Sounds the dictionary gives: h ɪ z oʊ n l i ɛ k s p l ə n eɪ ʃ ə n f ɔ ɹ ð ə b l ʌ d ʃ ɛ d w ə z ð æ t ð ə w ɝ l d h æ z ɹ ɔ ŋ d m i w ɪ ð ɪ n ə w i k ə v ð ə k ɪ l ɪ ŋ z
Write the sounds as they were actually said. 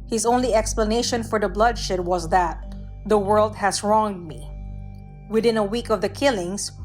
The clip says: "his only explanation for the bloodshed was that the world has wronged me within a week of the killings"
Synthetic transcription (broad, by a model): h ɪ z oʊ n l i ɛ k s p l ə n eɪ ʃ ə n f ɔ ɹ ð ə b l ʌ d ʃ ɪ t w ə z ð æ t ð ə w ɝ l d h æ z ɹ ɔ ŋ d m i w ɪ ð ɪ n ə w i k ə v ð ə k ɪ l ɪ ŋ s